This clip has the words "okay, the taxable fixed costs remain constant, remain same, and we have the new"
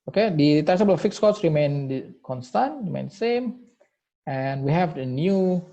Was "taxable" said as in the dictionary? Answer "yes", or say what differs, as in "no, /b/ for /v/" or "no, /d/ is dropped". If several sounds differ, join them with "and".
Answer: no, /k/ is dropped